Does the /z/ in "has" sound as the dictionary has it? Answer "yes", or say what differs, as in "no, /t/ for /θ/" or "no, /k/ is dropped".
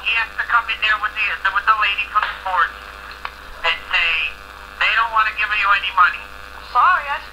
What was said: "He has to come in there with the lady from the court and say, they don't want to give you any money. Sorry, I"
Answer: no, /s/ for /z/